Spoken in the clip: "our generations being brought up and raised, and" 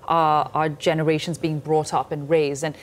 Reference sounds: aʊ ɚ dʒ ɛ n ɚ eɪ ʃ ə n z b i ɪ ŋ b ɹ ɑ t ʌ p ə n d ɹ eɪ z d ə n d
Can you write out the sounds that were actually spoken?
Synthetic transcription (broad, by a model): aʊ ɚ dʒ ɛ n ɚ eɪ ʃ ə n z b i ɪ ŋ b ɹ ɑ t ʌ p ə n ɹ eɪ z d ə n